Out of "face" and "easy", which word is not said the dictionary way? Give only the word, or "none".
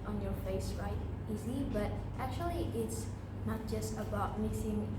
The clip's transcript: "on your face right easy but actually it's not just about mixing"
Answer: none